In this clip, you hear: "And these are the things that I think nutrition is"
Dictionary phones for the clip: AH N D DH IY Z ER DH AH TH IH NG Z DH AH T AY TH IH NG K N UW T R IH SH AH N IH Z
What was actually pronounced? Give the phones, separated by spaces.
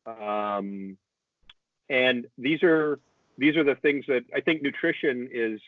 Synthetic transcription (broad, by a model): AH N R DH IY Z ER DH AH TH IH NG Z DH AH T AY TH IH NG K N UW T R IH SH AH N IH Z